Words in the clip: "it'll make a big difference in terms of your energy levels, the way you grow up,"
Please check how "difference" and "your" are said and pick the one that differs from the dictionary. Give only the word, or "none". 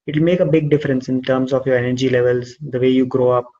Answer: none